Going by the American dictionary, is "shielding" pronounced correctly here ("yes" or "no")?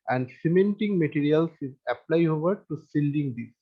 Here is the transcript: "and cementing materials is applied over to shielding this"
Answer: no